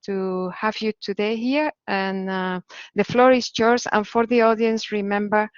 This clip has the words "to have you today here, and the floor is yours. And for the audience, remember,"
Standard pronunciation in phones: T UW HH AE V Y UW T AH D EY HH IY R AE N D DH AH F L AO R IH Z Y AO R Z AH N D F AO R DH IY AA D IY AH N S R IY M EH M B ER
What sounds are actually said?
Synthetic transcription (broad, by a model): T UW HH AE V Y UW T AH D EY HH IY R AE N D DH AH F L AO R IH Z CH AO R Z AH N F AO R DH IY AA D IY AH N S R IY M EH M B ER